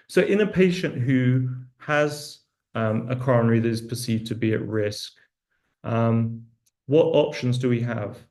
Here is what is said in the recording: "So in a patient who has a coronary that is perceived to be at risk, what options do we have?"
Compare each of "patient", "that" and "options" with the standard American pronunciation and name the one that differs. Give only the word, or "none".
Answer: none